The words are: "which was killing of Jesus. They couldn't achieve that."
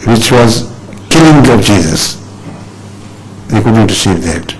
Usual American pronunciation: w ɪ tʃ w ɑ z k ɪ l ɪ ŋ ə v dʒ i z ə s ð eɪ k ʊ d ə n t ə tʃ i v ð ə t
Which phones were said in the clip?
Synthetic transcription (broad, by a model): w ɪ tʃ w ɑ z k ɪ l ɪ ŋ ə v dʒ i z ə s ð eɪ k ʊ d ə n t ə s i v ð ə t